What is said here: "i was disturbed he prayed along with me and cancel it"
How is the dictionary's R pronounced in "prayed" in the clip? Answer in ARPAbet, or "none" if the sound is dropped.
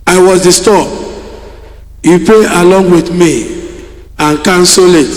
none